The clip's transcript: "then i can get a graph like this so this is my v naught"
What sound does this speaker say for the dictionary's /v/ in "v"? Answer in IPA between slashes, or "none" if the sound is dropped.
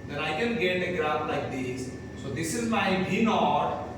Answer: /b/